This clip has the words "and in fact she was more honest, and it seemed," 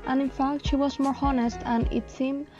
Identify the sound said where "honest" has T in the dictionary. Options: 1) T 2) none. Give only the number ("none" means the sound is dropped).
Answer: 1